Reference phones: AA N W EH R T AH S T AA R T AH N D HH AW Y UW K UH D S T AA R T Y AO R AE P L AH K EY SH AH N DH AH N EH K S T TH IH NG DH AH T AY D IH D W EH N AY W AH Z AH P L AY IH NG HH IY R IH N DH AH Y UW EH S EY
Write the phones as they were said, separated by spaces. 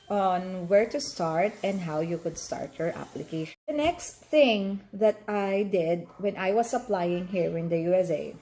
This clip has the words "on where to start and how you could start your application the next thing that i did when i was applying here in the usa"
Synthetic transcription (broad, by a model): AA N W EH R T AH S T AA R T AH N D HH AW Y UW K UH D S T AA R T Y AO R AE P L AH K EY AH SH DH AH N EH K S T TH IH NG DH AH T AY D IH D W EH N AY W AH S AH P L AY IH NG HH IY R IH N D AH Y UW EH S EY